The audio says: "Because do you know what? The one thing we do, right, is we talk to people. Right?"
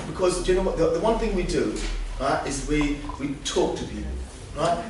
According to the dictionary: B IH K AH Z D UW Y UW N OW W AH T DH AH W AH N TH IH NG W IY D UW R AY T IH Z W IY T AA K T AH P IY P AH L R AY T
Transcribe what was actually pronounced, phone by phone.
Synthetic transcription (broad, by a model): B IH K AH Z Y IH N OW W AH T DH AH W AH N TH IH NG W IY D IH R AY T IH Z W IY T AA K T AH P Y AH R AY T